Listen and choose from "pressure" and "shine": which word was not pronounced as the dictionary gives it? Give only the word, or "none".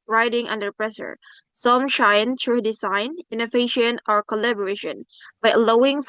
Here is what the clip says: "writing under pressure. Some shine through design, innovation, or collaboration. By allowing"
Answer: pressure